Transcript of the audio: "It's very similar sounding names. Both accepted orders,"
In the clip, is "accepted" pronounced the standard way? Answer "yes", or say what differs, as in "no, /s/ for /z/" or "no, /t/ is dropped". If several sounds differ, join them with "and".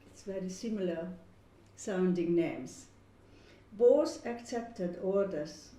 yes